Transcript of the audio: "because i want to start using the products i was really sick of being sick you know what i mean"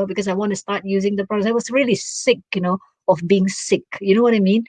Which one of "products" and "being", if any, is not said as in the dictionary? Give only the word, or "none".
products